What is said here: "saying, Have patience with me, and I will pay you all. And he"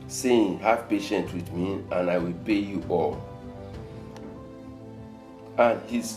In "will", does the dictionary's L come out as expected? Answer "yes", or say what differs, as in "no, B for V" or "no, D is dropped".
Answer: yes